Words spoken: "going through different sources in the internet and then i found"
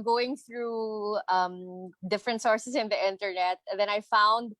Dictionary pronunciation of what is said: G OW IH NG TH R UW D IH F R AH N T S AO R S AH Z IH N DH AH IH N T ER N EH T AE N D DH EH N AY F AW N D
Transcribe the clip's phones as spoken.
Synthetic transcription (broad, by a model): G OW IH NG TH R UW D IH F R AH N T S AO R S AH S IH N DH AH IH N T ER N EH T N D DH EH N AY F AW N D